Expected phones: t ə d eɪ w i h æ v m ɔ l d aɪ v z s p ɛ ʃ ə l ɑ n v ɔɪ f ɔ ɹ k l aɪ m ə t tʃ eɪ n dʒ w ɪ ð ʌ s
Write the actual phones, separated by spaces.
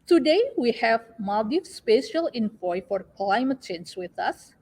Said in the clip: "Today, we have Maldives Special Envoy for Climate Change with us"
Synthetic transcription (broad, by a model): t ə d eɪ w i h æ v m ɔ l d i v s p ɛ ʃ ə l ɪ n p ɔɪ f ɔ ɹ k l aɪ m ə t tʃ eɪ n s w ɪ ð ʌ s